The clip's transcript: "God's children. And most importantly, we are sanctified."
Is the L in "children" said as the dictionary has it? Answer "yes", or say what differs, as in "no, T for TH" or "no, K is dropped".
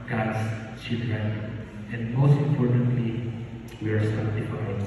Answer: no, L is dropped